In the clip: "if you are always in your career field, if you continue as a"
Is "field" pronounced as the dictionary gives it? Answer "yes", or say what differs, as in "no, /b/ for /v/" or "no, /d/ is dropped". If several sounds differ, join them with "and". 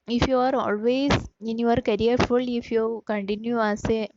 no, /d/ is dropped